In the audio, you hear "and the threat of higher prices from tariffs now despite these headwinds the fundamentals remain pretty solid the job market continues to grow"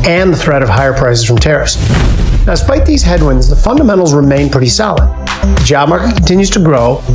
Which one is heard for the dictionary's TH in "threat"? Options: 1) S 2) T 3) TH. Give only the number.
3